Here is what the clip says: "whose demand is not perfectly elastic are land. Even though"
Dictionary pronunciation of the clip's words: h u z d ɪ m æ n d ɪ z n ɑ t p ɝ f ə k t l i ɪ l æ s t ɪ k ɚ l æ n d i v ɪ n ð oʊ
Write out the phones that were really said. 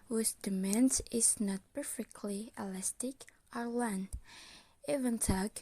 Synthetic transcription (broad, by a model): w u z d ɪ m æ n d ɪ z n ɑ t p ɝ f ə k t l i ɪ l æ s t ɪ k ɚ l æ n i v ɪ n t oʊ